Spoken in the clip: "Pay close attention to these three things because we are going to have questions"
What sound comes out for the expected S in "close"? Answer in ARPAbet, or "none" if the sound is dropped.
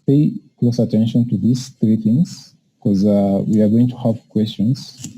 S